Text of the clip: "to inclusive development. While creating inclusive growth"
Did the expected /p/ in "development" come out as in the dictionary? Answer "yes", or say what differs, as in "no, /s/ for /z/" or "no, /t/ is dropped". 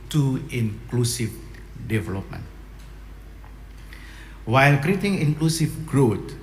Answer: yes